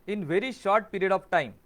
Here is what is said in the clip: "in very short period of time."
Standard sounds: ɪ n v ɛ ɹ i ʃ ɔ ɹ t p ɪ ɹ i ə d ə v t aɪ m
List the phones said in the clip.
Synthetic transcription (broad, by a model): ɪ n v ɛ ɹ i ʃ ɔ ɹ t p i ɹ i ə d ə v t aɪ m